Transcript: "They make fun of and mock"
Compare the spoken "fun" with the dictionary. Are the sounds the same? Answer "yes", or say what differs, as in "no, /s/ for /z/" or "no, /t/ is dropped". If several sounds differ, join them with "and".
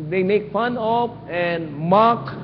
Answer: yes